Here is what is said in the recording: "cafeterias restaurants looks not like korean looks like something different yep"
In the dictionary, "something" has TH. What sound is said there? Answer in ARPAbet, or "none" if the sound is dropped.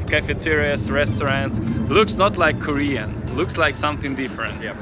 TH